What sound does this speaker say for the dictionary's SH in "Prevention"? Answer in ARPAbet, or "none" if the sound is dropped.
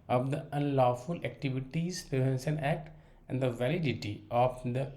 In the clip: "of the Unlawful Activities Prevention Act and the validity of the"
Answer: S